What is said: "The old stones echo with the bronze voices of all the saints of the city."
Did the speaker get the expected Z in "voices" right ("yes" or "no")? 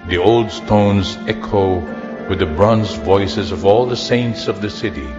yes